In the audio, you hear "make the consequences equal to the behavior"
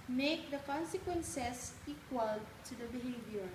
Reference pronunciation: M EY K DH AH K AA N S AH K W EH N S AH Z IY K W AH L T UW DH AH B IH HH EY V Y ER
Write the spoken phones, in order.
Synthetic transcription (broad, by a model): M EY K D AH K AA N S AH K W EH N S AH S IY K W AH L T UW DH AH B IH HH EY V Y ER